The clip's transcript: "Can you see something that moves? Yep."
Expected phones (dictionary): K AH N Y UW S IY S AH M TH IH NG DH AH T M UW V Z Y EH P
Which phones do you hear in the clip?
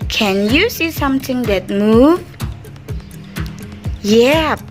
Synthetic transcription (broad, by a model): K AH N Y UW S IY S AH M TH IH NG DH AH T M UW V Y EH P